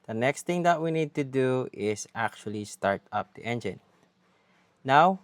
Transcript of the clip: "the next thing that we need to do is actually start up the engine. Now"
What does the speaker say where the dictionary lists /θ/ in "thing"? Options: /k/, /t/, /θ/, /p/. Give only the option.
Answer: /t/